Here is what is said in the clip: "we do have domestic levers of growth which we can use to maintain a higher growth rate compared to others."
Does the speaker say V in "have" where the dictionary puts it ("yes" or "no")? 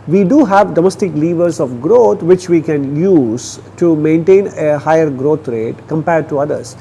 yes